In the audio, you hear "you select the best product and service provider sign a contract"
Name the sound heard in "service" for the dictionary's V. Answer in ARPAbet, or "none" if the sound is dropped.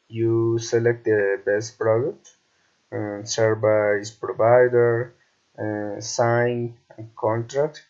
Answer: B